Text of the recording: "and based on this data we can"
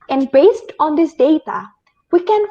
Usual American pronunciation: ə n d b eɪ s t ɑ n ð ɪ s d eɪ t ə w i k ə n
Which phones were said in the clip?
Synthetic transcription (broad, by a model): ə n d b eɪ s t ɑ n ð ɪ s d eɪ t ə w i k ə n